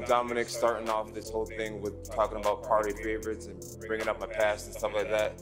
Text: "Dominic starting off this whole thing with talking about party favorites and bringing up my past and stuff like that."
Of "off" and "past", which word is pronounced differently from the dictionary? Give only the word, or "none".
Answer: none